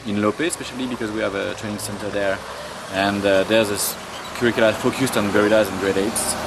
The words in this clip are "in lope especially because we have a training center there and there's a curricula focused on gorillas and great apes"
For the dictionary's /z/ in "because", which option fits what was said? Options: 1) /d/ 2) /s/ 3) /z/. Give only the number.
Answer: 3